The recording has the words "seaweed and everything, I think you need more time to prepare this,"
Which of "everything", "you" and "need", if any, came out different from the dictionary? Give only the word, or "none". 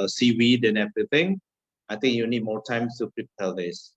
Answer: everything